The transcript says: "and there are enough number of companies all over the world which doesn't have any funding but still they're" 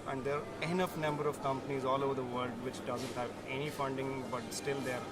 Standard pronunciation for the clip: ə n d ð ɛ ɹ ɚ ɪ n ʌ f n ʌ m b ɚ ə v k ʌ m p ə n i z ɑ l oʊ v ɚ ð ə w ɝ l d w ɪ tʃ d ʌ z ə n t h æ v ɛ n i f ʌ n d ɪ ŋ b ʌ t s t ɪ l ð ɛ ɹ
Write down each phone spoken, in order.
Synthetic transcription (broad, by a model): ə n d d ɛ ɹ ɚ ɪ n ʌ f n ʌ m b ɚ ə v k ʌ m p ə n i z ɑ l oʊ v ɚ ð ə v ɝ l d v ɪ tʃ d ʌ z ə n t h æ v ɛ n i f ʌ n d ɪ ŋ b ʌ t s t ɪ l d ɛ ɹ